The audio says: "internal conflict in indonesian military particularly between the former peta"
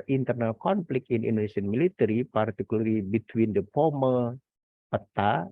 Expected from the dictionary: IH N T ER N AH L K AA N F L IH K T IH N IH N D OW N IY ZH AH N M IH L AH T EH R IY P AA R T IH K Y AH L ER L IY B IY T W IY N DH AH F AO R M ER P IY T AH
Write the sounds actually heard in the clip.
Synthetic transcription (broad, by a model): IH N T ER N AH L K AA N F L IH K IH N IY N D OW N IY S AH N M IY L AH T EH R IY P AA R T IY K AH L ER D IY B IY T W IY N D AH P AO M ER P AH T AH